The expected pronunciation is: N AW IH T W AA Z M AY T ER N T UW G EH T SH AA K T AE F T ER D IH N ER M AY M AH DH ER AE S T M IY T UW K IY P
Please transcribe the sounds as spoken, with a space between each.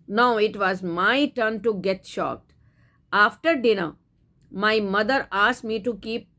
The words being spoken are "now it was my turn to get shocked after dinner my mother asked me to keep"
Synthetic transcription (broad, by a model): N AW IH T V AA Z M AY T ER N T UW G EH T SH AA K T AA F T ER D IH N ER M AY M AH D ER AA S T M IY T UW K IY P